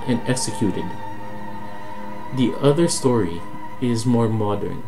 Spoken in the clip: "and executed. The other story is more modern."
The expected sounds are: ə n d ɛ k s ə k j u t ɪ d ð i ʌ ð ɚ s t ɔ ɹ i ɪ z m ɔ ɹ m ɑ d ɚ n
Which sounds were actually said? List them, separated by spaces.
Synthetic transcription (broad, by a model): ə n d ɛ k s ə k j u t ɪ d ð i ʌ ð ɚ s t ɔ ɹ i ɪ z m ɔ ɹ m ɑ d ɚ n